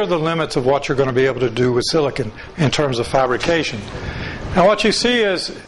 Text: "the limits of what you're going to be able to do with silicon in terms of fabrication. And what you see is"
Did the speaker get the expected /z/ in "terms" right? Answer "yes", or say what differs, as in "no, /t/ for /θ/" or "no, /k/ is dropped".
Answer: yes